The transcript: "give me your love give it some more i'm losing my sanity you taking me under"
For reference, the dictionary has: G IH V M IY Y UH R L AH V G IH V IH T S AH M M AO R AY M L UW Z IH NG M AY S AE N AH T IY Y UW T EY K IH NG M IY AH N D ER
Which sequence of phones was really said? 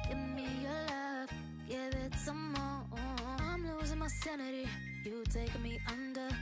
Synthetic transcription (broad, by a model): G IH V M IY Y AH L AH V G IH V IH T S AH M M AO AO AY M L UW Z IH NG M AY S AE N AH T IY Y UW T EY IH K M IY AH N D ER